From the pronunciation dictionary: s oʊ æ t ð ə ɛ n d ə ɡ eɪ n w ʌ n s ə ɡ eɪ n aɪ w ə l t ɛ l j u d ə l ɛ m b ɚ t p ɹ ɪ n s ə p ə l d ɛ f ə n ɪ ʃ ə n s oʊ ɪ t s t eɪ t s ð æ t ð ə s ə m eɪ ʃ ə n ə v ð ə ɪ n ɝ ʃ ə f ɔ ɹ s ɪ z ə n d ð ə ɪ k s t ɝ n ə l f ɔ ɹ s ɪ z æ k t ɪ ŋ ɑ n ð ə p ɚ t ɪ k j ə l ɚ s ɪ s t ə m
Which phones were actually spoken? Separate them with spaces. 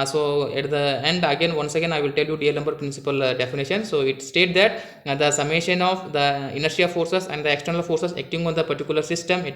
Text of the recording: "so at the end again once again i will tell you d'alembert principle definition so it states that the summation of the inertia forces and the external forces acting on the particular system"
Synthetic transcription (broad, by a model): s oʊ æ t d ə ɛ n d ə ɡ eɪ n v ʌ n s ə ɡ eɪ n aɪ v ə l t ɛ l j u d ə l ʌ m b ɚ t p ɹ ɪ n s ə p ə l d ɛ f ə n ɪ ʃ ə n s oʊ ɪ t s t eɪ t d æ t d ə s ə m eɪ ʃ ə n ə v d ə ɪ n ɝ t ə f ɔ ɹ s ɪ s ə n d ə ɪ k s t ɝ n ə l f ɔ ɹ s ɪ s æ k t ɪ ŋ ɑ n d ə p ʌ t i k j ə l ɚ s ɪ s t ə m